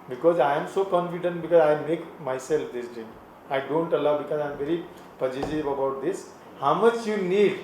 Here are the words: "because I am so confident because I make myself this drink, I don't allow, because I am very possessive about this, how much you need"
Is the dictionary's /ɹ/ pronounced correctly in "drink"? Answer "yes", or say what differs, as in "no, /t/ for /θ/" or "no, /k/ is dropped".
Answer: no, /ɹ/ is dropped